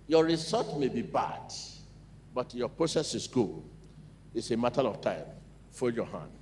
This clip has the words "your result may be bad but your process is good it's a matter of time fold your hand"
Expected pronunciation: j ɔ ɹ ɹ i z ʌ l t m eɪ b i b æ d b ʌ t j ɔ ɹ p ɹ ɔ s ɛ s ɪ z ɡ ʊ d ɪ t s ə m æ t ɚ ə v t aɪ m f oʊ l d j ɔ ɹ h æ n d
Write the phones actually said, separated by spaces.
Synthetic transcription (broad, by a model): j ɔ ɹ ɹ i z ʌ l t m eɪ b i b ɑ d b ʌ t j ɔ p ɹ ɔ s ɛ s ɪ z ɡ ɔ ɪ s ə m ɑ t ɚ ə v t aɪ m f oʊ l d j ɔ h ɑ n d